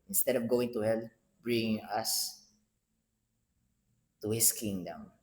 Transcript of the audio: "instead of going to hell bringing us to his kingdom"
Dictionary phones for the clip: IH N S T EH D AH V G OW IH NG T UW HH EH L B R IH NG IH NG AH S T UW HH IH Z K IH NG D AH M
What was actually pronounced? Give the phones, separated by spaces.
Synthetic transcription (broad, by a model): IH N S T EH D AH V G OW IH NG T UW HH EH L B R IH NG IH NG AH S T UW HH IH S K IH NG D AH M